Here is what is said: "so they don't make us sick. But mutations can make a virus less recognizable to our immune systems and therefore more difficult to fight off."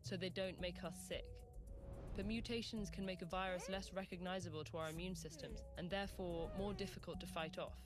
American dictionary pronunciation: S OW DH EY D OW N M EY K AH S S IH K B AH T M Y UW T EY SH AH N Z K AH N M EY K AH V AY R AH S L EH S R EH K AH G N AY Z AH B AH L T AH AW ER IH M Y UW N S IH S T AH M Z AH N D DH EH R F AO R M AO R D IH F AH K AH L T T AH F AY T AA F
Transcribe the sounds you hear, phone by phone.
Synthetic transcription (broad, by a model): S OW DH EY D OW N M EY K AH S S IH K B AH T M Y UW T EY SH AH N Z K AH N M EY K AH V AY R AH S L EH S R EH K AH G N AY Z AH B AH L T AH AW ER IH M Y UW N S IH S T AH M Z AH N DH EH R F AO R M AO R D IH F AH K AH L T T AH F AY T AA F